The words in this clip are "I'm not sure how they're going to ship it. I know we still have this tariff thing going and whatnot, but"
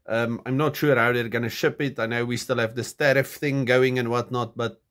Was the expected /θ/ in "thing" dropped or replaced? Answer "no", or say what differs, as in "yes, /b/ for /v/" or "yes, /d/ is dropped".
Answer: no